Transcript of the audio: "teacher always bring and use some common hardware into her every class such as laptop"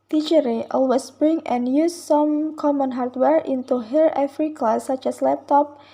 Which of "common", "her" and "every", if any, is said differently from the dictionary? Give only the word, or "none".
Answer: every